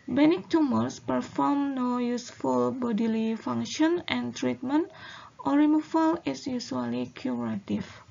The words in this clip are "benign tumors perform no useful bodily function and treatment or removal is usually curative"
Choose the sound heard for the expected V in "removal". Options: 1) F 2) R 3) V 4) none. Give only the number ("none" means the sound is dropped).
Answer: 1